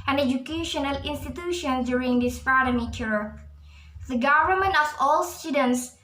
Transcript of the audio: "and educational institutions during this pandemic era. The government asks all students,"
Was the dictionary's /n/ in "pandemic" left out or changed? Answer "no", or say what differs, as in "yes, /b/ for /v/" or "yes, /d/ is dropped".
yes, /n/ is dropped